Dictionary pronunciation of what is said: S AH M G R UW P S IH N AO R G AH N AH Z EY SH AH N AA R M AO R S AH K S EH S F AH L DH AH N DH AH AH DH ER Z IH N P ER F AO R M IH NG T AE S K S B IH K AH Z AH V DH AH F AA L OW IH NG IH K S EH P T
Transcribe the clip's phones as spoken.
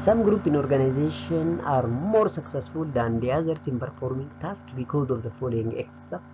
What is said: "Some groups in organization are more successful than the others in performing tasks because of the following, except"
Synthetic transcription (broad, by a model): S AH M G R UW P IH N AO R G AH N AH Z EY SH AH N AA R M AO R S AH K S EH S F AH L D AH N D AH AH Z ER S IH N P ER F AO R M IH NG T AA S K B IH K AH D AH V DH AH F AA L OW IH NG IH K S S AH